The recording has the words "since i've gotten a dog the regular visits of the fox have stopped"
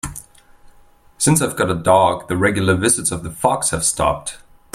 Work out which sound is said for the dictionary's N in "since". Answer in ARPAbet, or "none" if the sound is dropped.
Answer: N